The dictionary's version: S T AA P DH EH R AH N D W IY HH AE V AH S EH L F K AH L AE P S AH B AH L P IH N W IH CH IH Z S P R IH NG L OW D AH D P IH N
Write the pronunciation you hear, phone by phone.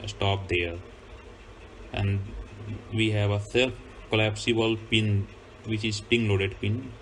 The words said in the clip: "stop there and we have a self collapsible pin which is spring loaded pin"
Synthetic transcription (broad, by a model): S T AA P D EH R AH N D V IY HH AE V AH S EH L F K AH L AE P S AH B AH L P IH N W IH CH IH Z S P IH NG L OW D AH D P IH N